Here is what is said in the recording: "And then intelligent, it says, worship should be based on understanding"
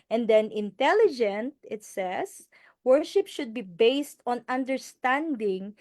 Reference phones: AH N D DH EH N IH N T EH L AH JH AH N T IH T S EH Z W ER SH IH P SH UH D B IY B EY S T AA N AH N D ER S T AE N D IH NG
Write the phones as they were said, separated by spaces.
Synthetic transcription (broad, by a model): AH N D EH N IH N T EH L AH JH AH N T IH T S EH S W ER SH IH P SH UH D B IY B EY S T AA N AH N D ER S T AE N D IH NG